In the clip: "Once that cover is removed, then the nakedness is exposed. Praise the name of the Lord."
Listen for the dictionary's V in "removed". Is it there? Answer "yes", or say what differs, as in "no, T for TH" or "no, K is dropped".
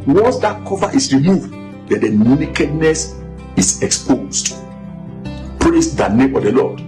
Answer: yes